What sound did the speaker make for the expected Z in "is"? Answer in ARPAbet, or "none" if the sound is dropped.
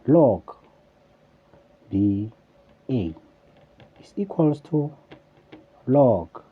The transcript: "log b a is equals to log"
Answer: S